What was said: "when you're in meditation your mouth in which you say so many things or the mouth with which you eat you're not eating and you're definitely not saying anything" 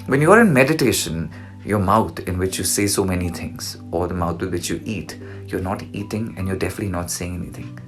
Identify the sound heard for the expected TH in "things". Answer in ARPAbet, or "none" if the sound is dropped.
T